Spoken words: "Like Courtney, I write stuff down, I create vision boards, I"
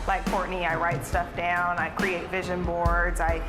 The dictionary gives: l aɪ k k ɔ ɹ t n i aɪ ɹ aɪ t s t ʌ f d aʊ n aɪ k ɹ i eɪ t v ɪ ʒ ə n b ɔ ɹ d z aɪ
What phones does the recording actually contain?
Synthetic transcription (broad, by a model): l aɪ k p ɔ ɹ t n i aɪ ɹ aɪ t s t ʌ f d aʊ n aɪ k ɹ i eɪ t v ɪ ʒ ə n b ɔ ɹ d z aɪ